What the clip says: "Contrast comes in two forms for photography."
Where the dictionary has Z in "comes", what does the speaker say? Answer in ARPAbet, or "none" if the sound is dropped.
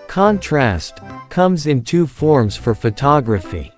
Z